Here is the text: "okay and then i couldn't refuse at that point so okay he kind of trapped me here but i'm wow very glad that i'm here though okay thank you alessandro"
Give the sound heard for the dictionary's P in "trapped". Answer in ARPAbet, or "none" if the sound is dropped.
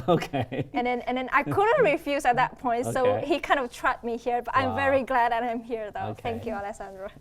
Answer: none